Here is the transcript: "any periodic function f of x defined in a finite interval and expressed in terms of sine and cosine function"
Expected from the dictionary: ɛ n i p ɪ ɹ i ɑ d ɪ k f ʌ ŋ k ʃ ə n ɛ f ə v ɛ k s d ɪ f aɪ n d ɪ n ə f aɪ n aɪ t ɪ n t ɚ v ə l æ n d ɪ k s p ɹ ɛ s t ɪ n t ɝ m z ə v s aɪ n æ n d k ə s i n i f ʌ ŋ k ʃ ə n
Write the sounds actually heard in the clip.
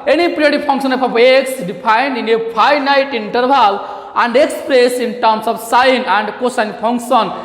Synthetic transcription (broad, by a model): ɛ n i p ɹ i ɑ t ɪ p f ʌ ŋ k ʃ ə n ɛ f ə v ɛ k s d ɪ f aɪ n d ɪ n ə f aɪ n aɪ t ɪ n t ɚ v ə l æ n d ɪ k s p ɹ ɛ s ɪ n t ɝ m s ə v s aɪ n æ n d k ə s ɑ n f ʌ ŋ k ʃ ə n